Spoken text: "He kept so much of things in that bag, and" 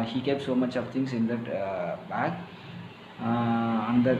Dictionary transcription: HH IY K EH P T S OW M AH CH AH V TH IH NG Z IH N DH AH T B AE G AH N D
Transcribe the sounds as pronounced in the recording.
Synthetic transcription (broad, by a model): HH IY K EH P T S OW M AH CH AH V T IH NG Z IH N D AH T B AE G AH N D